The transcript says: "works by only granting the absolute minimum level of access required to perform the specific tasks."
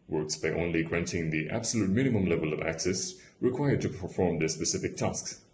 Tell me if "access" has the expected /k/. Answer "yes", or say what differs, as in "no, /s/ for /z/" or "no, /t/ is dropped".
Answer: yes